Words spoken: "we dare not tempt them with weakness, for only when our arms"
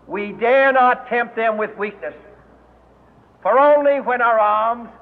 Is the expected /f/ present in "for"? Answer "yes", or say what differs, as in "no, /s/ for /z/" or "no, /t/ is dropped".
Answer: yes